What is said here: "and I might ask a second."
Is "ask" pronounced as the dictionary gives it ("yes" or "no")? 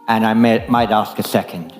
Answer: yes